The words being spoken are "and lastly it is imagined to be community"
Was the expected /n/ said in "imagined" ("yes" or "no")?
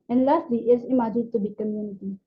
no